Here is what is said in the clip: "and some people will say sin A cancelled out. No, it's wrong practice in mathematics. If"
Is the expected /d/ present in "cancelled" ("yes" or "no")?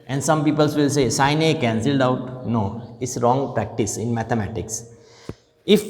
yes